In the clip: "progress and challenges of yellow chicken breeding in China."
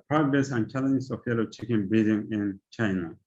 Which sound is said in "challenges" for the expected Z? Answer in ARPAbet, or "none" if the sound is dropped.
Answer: S